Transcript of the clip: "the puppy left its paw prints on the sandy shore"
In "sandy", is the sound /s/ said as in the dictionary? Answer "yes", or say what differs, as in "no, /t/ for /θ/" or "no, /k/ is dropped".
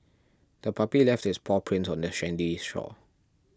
no, /ʃ/ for /s/